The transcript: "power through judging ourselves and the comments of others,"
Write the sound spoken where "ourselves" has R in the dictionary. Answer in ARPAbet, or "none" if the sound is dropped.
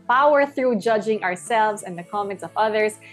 R